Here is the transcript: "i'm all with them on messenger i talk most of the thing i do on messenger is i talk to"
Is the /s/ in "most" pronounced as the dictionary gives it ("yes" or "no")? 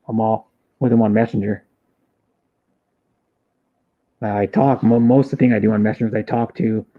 yes